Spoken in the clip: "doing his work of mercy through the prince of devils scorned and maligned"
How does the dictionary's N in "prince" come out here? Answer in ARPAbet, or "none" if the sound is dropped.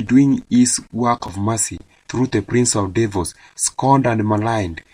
N